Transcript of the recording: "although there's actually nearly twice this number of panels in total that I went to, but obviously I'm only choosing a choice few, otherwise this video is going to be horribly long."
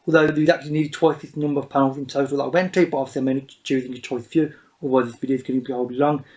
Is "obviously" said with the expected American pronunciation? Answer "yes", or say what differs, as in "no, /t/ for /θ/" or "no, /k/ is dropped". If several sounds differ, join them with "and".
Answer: no, /b/ is dropped